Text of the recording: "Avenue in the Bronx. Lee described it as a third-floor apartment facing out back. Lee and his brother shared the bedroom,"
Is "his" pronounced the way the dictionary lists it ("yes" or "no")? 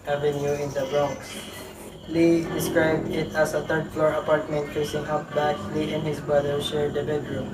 no